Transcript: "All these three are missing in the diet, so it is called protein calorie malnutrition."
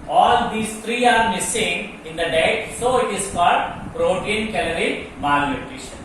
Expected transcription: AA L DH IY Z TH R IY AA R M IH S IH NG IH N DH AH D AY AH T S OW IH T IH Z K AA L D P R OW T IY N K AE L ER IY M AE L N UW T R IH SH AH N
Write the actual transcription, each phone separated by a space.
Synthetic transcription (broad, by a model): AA L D IY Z T R IY AA R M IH S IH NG IH N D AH D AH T S OW IH T IH Z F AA D P R OW T IY N K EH L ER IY M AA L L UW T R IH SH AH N